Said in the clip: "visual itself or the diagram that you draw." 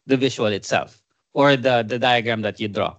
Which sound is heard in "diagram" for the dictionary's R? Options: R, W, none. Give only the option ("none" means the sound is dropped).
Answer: R